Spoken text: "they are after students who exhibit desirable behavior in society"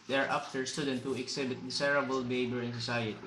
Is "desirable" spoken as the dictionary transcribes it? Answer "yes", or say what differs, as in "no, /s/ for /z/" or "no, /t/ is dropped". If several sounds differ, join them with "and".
no, /s/ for /z/